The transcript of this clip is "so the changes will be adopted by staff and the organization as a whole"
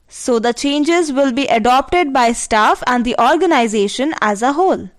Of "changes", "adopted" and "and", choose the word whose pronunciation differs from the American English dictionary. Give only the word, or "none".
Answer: none